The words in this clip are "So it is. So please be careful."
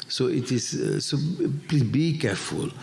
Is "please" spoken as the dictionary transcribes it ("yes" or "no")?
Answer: no